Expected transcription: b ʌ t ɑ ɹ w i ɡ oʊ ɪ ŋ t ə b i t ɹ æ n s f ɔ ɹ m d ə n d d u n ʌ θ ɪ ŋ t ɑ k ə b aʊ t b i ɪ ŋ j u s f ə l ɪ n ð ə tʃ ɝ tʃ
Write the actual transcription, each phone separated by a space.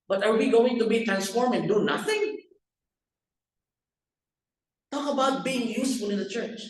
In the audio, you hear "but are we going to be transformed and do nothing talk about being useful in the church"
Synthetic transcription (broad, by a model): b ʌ t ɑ ɹ w i ɡ oʊ ɪ ŋ t ə b i t ɹ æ n s f ɔ ɹ m ə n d d u n ʌ θ ɪ ŋ t ɑ k ə b aʊ t b i ɪ ŋ j u s f ə l ɪ n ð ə tʃ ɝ tʃ